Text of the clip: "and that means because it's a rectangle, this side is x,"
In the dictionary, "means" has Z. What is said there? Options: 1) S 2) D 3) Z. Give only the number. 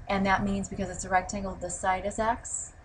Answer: 3